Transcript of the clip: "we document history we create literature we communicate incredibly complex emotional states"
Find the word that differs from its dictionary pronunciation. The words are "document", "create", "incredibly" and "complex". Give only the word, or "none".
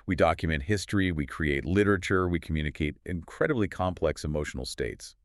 none